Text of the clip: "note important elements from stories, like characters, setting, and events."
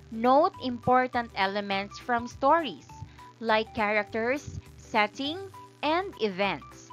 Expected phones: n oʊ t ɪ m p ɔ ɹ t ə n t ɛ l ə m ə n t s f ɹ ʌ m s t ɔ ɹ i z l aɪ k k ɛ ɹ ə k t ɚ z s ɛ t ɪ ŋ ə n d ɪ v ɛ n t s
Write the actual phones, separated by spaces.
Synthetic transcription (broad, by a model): n oʊ t ɪ m p ɔ ɹ t ə n t ɛ l ə m ə n t s f ɹ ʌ m s t ɔ ɹ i s l aɪ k k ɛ ɹ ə k t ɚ s ɛ t ɪ ŋ ə n d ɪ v ɛ n t s